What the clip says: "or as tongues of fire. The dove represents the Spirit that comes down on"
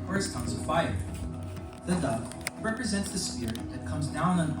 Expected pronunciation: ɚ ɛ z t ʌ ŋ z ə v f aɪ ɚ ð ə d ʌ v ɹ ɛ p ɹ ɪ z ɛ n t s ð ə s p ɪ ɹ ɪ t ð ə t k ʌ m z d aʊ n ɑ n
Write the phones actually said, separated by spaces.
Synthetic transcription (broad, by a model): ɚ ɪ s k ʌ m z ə f aɪ ɚ ð ə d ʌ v ɹ ɛ p ɹ ɪ z ɛ n t s ð ə s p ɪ ɹ ð ə t k ʌ m z d aʊ n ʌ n